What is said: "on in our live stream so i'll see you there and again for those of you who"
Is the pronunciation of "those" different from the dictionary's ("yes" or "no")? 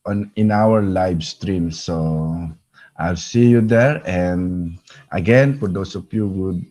yes